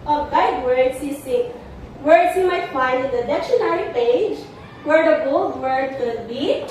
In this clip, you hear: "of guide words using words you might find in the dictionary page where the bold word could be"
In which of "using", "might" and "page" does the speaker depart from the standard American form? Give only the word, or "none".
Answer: using